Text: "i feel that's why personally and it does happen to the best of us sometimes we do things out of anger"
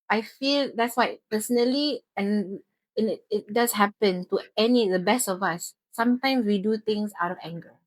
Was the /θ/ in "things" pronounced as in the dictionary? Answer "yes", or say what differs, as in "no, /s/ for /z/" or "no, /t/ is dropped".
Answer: no, /t/ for /θ/